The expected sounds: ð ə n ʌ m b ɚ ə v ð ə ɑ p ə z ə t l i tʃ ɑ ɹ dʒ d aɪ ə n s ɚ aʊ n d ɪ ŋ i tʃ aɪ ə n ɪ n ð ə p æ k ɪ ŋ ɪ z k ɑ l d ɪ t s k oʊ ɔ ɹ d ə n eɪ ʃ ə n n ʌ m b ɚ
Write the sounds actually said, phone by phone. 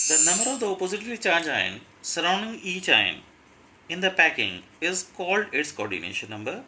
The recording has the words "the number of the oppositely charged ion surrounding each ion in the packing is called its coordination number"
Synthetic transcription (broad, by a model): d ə n ʌ m b ɚ ə v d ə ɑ p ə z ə t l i tʃ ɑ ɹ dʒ aɪ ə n s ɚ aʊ n d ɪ ŋ i tʃ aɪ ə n ɪ n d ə p æ k ɪ ŋ ɪ z k ɑ l d ɪ t s k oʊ ɔ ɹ d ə n eɪ ʃ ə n n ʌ m b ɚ